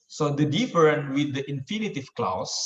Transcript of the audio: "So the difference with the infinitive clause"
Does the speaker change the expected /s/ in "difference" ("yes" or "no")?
yes